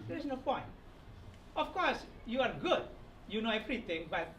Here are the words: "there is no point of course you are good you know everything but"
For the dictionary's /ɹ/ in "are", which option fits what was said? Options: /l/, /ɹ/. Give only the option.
/ɹ/